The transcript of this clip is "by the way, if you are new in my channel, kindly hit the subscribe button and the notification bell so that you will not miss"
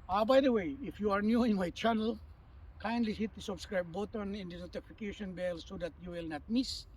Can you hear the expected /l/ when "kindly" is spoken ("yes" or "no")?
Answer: yes